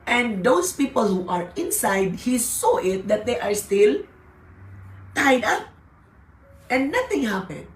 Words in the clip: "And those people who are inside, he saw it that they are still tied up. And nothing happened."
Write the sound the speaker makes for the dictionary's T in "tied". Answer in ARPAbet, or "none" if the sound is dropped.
T